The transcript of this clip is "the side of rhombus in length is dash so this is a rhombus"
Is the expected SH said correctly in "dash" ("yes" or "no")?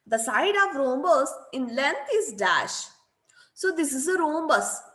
yes